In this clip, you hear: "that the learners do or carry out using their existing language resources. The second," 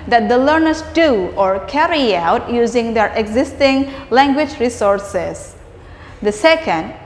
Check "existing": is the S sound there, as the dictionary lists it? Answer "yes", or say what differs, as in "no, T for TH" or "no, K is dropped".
yes